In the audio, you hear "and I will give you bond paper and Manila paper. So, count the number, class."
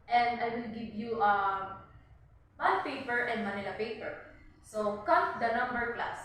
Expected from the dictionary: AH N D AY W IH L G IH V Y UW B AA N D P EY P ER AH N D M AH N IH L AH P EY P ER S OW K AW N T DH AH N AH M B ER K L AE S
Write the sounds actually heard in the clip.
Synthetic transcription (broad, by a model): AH N D AY W IH L G IH V Y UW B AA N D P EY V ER AH N D M AH N IH L AH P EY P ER S OW K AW T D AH N AH M B ER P L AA S